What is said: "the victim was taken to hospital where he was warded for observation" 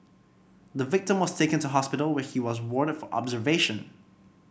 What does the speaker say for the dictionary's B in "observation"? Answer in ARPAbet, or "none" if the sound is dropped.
B